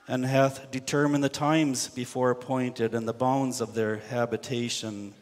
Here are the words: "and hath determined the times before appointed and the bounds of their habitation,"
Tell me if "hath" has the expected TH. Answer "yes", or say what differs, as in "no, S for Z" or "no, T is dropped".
yes